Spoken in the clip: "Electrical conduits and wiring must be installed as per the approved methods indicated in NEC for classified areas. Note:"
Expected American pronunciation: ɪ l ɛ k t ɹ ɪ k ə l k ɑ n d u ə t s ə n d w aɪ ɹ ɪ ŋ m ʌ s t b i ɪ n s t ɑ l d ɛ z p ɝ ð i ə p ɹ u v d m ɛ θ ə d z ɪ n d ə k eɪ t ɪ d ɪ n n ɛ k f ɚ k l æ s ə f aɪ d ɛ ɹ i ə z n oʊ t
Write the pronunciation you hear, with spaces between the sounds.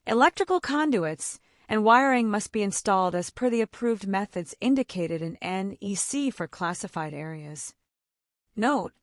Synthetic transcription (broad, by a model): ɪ l ɛ k t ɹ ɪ k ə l k ɑ n d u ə t s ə n w aɪ ɹ ɪ ŋ m ʌ s t b i ɪ n s t ɑ l d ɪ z p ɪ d i ə p ɹ u v d m ɛ θ ə d z ɪ n d ə k eɪ t ɪ d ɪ n n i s f ɚ k l æ s ə f aɪ d ɛ ɹ i ə z n oʊ t